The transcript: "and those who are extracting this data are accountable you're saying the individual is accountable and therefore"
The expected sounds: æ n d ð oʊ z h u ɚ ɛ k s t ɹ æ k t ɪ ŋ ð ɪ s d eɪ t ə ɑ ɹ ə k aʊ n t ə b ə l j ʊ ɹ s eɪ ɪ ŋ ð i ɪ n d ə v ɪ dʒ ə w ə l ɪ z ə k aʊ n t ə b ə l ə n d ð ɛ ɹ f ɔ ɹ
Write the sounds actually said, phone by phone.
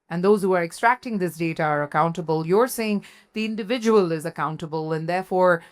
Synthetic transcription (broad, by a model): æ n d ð oʊ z h u ɚ ɛ k s t ɹ æ k t ɪ ŋ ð ɪ s d eɪ t ə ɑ ɹ ə k aʊ n t ə b ə l j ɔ ɹ s eɪ ɪ ŋ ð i ɪ n d ə v ɪ dʒ ə w ə l ɪ z ə k aʊ n t ə b ə l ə n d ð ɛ ɹ f ɔ ɹ